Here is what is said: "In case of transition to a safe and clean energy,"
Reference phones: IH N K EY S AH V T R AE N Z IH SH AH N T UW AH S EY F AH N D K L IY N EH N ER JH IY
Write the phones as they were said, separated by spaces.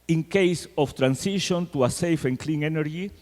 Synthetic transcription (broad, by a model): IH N K EY S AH F T R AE N S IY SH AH N T UW AH S EY F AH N K L IY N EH N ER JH IY